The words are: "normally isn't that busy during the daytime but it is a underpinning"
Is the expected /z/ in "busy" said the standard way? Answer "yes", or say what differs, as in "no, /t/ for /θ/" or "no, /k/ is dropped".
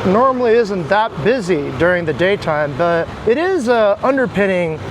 yes